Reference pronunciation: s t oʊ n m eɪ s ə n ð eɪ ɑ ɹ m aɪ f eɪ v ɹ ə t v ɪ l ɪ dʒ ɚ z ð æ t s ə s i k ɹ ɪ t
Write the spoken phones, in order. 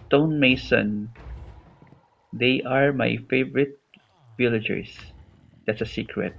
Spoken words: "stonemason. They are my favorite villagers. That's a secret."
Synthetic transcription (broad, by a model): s t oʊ n m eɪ s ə n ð eɪ ɑ ɹ m aɪ f eɪ v ɹ ə t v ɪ l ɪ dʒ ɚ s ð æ t s ə s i k ɹ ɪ t